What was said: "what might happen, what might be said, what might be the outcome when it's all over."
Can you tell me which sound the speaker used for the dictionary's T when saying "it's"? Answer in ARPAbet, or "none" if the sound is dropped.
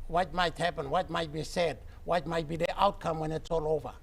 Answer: T